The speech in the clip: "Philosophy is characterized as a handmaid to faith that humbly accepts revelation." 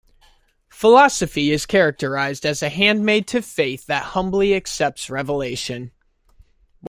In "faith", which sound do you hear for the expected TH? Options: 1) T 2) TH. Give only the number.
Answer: 2